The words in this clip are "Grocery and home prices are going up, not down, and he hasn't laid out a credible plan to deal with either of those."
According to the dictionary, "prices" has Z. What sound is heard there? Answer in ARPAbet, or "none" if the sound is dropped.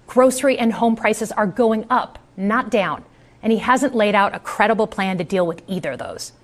Z